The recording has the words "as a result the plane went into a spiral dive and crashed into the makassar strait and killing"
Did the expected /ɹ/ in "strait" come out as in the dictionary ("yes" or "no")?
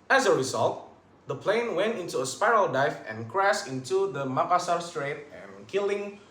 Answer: yes